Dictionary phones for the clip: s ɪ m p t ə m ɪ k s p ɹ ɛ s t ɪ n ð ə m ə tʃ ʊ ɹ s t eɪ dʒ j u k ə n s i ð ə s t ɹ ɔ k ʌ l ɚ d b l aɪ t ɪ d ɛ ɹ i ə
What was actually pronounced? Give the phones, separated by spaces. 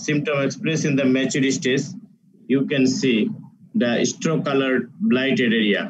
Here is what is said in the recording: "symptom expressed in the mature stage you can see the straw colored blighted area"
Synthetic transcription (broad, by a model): s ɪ m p t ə m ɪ k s p ɹ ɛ s ɪ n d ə m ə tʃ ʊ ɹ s t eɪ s j u k ə n s i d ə s t ɹ ɔ k ʌ l ɚ d b l aɪ t ɪ d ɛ ɹ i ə